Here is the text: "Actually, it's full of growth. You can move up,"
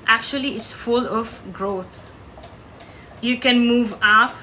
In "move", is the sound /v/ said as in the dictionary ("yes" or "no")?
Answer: yes